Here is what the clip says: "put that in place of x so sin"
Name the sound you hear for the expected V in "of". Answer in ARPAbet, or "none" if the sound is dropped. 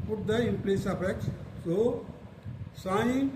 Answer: P